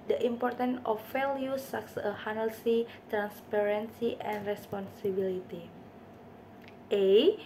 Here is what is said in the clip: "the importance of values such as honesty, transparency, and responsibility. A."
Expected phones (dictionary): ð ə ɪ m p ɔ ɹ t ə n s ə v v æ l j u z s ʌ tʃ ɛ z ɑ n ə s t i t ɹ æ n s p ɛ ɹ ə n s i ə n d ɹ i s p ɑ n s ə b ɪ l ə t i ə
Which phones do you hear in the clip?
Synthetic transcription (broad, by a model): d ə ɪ m p ɔ ɹ t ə n ə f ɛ l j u s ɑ s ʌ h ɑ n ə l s i t ɹ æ n s p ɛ ɹ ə n s i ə n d ɹ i s p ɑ n s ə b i l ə t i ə